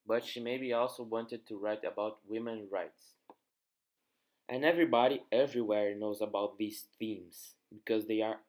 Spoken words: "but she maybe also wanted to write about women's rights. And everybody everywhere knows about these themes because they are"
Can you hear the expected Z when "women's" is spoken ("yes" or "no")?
no